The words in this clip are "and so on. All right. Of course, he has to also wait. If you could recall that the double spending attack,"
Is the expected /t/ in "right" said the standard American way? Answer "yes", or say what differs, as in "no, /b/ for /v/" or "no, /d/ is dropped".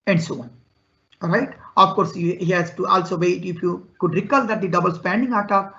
yes